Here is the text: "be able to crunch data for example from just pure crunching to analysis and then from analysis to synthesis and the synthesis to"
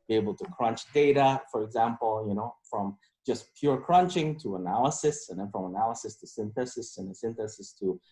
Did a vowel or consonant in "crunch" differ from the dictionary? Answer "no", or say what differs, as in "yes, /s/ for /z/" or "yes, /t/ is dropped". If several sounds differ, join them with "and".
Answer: no